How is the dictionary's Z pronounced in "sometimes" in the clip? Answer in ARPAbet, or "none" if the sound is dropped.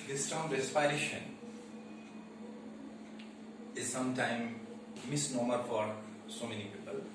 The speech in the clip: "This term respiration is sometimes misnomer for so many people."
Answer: none